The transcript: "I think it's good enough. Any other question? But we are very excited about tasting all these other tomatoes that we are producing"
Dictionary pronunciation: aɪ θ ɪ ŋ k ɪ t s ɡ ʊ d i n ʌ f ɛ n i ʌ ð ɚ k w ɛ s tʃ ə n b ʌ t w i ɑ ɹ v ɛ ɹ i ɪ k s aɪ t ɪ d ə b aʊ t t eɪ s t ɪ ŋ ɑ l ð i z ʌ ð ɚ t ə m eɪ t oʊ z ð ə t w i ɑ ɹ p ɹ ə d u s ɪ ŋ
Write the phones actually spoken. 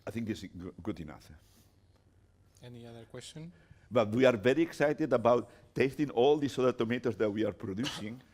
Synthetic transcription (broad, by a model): aɪ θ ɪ ŋ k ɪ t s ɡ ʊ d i n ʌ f ɛ n i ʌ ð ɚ k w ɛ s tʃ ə n b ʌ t w i ɑ ɹ v ɛ ɹ i ɪ k s aɪ t ɪ d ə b aʊ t t eɪ s t ɪ ŋ ɑ l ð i s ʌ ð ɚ t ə m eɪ t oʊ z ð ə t w i ɑ ɹ p ɹ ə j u s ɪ ŋ